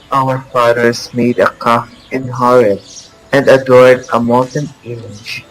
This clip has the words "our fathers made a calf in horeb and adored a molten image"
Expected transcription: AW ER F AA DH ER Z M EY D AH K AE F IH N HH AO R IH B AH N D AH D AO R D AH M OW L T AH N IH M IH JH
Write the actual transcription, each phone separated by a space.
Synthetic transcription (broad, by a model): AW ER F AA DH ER S M EY D AH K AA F IH N HH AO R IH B AH N D AH D AO R D AH M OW T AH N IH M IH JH